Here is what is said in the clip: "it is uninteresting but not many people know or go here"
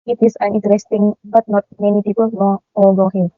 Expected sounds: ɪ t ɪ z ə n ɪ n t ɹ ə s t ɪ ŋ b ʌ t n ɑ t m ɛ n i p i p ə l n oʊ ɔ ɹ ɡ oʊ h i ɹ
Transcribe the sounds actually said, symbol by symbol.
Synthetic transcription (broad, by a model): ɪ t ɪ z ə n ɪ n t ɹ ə s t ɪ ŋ b ʌ t n ɑ t m ɛ n i p i p ə l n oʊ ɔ l ɡ oʊ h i